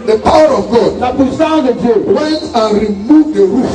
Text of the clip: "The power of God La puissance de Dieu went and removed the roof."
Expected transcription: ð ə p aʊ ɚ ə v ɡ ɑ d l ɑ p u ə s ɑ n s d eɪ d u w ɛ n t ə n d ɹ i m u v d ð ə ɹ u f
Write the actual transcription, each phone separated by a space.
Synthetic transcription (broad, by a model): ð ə p aʊ ɚ ə v ɡ ɑ d n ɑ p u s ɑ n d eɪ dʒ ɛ w ɛ n t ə n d ɹ i m u v d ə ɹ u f